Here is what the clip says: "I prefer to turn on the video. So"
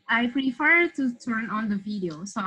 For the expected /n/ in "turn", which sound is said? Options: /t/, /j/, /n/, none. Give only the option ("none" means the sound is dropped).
/n/